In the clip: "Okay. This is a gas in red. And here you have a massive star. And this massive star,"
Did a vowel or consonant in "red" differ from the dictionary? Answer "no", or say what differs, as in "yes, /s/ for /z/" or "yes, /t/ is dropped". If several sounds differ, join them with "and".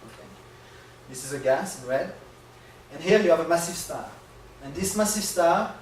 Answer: yes, /w/ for /ɹ/